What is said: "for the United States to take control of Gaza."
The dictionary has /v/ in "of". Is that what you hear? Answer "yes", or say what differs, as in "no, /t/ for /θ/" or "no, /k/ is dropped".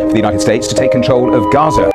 yes